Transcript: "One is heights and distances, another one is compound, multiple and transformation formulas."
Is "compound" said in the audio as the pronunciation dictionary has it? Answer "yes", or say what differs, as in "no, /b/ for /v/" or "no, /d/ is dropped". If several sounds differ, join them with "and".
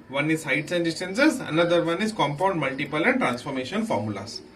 yes